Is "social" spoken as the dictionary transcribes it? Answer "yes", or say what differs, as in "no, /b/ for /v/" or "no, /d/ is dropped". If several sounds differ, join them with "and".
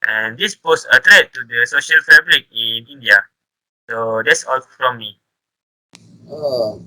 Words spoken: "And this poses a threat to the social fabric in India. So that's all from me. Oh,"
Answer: yes